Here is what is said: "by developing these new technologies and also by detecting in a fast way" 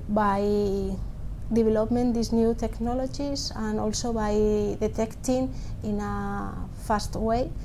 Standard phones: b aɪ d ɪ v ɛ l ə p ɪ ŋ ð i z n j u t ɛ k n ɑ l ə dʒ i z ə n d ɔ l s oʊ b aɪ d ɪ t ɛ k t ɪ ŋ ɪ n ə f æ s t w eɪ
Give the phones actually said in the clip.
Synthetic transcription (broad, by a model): b aɪ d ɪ b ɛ l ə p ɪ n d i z n j u t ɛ k n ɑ l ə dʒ i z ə n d ɔ l s oʊ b aɪ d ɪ t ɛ k t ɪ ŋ ɪ n ə f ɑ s t w eɪ